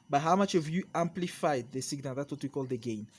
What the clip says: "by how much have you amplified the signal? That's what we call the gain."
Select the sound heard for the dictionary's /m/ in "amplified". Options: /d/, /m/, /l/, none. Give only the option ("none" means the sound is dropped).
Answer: /m/